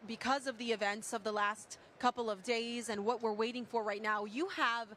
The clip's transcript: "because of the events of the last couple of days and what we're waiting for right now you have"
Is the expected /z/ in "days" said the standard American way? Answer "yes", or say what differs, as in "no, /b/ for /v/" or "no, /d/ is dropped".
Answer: yes